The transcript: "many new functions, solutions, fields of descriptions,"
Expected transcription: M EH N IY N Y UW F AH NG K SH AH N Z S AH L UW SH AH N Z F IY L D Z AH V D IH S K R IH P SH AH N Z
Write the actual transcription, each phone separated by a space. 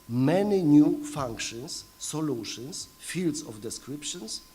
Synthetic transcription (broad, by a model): M EH N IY N Y UW F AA NG K SH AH N S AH L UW SH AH N S F IY L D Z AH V D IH S K R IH P SH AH N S